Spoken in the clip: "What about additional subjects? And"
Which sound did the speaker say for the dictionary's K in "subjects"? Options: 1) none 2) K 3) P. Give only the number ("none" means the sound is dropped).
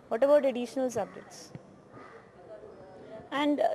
1